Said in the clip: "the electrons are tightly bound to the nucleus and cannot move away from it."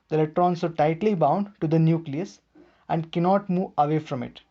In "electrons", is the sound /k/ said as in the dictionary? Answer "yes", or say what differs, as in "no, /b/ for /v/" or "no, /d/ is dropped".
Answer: no, /k/ is dropped